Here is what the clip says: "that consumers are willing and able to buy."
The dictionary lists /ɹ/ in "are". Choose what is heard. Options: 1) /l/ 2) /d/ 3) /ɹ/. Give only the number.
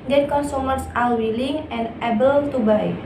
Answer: 1